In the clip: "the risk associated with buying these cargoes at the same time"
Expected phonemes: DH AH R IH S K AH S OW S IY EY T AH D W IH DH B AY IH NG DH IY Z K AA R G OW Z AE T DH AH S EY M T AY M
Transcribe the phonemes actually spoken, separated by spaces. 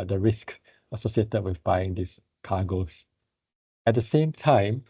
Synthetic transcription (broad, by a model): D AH R IH S K AH S OW S IY EY T AH D W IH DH B AY IH NG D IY S K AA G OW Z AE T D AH S EY M T AY M